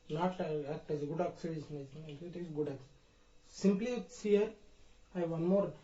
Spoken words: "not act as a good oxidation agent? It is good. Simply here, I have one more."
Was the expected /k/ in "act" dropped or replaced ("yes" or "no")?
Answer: yes